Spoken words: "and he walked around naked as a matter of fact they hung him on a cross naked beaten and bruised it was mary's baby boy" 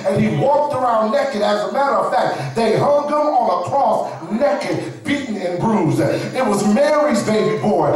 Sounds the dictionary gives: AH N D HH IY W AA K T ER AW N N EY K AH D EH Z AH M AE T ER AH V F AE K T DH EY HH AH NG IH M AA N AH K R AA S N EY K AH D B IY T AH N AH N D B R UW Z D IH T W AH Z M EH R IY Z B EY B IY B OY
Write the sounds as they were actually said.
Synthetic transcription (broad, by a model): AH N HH IY W AA K T ER AW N N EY K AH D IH Z AH M AE T ER AH V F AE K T DH EY HH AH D IH M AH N AH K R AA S N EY K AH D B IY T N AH N B R UW Z IH T W AH Z M EH R IY Z B EY B IY B OY